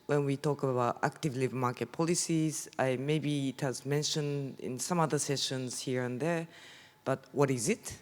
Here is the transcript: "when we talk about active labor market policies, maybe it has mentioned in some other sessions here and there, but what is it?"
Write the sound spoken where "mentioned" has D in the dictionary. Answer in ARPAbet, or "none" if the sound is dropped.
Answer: D